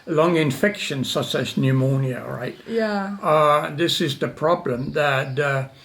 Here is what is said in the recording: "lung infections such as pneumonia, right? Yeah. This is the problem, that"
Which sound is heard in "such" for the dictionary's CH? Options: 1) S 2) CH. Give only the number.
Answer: 1